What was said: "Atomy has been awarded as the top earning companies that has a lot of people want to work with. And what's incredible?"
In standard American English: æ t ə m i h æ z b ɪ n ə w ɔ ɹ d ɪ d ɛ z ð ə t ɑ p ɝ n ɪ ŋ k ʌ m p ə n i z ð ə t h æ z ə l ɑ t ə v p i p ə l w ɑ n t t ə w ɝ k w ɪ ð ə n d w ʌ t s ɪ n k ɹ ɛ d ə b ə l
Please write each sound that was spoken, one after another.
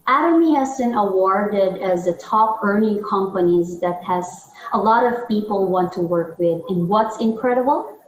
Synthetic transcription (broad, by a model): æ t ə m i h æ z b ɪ n ə w ɔ ɹ d ɪ d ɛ z ð ə t ɑ p ɝ n ɪ ŋ k ʌ m p ə n i z ð ə t h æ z ə l ɑ t ə v p i p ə l w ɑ n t t ə w ɝ k w ɪ ð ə n w ʌ t s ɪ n k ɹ ɛ d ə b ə l